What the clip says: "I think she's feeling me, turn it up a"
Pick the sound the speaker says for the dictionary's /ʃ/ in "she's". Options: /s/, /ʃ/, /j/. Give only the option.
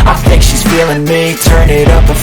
/ʃ/